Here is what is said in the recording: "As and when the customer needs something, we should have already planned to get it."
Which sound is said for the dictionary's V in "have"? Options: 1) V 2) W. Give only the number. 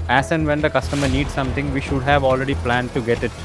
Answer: 1